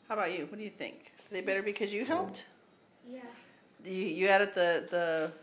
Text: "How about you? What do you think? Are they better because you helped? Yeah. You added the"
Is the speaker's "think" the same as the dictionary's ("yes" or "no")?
yes